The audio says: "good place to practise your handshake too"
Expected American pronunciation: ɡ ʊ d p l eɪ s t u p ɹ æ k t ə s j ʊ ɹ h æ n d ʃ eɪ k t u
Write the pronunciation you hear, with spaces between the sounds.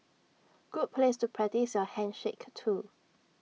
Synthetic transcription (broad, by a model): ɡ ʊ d p l eɪ s t u p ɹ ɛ t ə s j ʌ h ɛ n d ʃ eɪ k t u